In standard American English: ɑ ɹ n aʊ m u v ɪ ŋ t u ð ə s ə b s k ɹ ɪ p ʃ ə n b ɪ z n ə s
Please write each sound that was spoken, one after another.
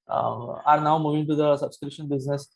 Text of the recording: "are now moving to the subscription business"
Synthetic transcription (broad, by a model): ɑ ɹ n aʊ m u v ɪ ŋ t u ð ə s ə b s k ɹ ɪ ʃ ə n b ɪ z n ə s